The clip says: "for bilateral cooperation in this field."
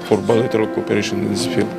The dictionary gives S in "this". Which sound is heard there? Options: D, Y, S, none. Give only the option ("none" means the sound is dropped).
none